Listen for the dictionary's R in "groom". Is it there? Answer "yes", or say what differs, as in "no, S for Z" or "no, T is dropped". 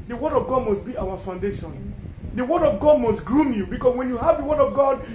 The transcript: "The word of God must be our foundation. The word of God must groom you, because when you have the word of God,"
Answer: yes